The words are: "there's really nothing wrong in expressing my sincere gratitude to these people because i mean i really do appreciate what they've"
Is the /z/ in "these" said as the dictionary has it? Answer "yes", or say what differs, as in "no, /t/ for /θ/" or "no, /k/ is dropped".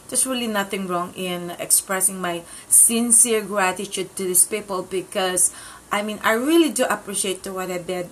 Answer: no, /s/ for /z/